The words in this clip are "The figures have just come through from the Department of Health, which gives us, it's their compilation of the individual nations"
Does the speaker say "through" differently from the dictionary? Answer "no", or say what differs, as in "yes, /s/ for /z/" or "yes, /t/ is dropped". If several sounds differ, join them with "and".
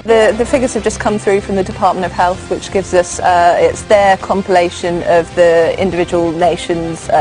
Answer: no